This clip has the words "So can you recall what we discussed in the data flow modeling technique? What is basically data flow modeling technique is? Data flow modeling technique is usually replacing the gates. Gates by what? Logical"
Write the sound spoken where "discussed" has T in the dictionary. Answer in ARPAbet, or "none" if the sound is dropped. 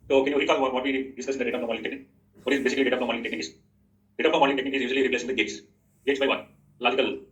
none